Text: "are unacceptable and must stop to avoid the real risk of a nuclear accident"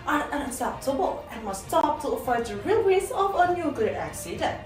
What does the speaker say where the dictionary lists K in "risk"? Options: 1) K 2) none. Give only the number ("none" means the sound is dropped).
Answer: 2